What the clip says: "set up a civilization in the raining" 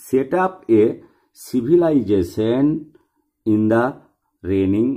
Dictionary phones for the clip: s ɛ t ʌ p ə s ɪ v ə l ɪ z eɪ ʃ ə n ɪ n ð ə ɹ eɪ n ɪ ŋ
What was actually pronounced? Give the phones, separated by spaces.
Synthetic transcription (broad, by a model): s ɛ t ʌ p ə s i b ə l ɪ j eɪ s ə n ɪ n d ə ɹ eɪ n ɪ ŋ